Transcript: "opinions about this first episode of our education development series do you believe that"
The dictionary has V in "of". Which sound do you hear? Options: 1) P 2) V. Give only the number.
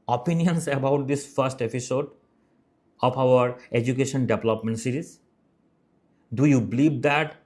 1